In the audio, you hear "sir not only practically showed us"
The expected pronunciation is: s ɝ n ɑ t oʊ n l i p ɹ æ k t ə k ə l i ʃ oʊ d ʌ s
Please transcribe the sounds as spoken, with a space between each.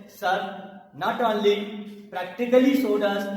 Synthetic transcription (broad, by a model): s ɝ n ɑ t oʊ n l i p ɹ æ k t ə k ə l i s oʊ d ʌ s